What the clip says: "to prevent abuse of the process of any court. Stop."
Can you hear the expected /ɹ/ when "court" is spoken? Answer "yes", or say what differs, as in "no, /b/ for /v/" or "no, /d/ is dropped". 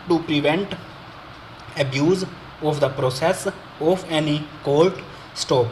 no, /l/ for /ɹ/